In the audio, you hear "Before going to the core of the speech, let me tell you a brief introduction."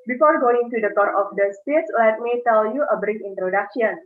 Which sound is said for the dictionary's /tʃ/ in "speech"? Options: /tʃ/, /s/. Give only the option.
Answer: /s/